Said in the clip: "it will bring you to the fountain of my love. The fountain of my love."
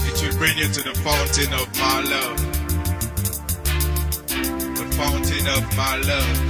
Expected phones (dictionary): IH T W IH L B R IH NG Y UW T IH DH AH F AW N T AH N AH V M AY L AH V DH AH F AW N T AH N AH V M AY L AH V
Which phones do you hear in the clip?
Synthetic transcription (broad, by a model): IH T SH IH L B R IH NG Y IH T IH DH AH F AW N T AH N AH V M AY L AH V DH AH F AW N T AH N AH V M AY L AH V